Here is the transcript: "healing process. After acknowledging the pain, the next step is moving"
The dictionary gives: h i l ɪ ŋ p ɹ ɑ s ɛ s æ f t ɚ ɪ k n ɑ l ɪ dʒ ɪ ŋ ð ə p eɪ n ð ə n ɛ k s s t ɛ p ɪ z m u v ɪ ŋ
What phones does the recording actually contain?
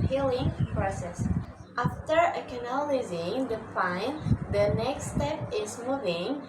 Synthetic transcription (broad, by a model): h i l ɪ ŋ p ɹ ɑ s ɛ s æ f t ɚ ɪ k n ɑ l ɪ z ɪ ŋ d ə f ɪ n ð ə n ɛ k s s t ɛ p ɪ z m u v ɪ ŋ